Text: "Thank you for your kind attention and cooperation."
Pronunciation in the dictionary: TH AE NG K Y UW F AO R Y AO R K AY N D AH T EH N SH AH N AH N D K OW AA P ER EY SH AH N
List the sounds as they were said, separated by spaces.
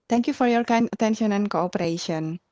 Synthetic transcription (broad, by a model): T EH NG K Y UW F AO R Y AO R K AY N AH T EH N SH AH N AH N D K OW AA P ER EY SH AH N